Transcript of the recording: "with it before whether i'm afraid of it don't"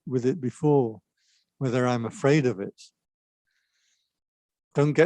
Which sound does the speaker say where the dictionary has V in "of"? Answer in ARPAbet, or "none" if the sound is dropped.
V